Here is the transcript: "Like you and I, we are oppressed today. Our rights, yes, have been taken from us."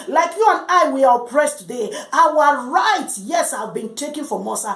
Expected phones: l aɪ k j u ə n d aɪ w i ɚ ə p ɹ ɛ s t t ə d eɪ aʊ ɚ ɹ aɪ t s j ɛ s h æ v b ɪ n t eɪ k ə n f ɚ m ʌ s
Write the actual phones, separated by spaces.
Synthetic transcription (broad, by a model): l aɪ k j u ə n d aɪ w i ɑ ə p ɹ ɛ s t t ə d eɪ aʊ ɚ ɹ aɪ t j ɛ s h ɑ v b ɪ n t eɪ k ə n f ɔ m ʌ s